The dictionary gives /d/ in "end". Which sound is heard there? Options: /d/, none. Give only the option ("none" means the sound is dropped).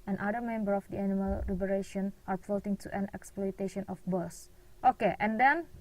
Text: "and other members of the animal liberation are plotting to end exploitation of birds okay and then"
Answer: none